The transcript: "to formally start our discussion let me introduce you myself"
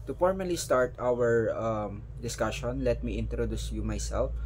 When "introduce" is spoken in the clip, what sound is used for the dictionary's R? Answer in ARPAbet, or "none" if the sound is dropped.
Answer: R